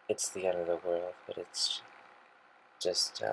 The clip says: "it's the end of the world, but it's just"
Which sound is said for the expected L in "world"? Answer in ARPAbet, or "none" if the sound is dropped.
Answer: L